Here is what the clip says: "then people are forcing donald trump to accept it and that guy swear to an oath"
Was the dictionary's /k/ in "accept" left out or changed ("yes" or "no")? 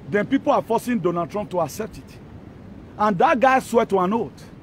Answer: no